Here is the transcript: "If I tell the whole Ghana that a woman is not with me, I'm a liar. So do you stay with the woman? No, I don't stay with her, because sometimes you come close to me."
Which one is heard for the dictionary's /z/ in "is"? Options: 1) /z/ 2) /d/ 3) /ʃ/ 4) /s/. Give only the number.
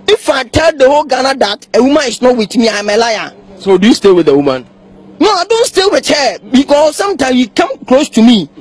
4